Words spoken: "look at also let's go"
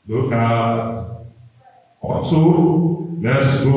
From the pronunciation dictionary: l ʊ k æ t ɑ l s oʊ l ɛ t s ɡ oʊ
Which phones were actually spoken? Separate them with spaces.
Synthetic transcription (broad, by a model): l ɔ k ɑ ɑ s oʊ l ɛ t s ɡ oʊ